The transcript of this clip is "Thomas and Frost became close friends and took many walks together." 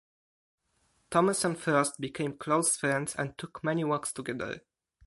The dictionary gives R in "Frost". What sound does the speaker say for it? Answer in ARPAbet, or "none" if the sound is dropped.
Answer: none